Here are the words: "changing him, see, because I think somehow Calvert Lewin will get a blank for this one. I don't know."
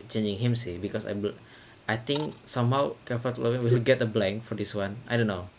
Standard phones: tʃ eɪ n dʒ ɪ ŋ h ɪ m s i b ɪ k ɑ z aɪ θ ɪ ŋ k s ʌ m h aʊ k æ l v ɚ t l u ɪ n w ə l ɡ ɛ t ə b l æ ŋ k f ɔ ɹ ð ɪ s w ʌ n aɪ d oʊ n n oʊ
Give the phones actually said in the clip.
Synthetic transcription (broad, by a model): tʃ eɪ n dʒ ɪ ŋ h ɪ m s i b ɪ k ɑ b aɪ t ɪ ŋ k s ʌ m h aʊ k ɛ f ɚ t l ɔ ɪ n w ə l ɡ ɛ t ə b l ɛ ŋ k f ɔ ɹ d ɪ s w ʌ n aɪ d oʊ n n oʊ